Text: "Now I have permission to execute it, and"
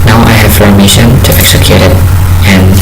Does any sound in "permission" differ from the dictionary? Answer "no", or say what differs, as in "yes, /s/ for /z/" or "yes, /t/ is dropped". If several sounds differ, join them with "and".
yes, /f/ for /p/